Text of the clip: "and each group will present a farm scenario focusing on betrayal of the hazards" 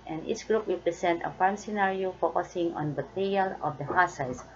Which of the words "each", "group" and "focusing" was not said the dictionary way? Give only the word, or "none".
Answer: each